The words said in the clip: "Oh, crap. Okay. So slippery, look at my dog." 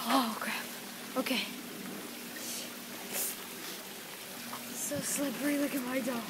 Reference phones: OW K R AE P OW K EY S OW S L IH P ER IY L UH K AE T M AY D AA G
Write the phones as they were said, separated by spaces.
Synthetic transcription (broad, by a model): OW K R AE F OW K EY S OW S L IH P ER IY L UH K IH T M AY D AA